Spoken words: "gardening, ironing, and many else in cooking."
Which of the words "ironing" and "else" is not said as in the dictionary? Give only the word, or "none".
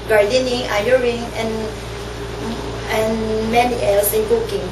ironing